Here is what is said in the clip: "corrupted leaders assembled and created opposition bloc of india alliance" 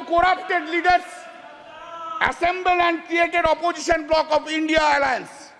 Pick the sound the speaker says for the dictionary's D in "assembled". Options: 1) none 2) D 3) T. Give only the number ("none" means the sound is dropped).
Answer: 1